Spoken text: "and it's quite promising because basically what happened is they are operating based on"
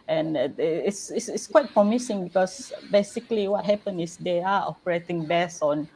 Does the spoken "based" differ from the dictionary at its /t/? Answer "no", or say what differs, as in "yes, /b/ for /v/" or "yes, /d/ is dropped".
yes, /t/ is dropped